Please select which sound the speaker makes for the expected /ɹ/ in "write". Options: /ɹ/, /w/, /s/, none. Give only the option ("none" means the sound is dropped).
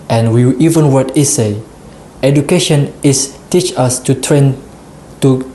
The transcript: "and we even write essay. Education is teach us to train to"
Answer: /w/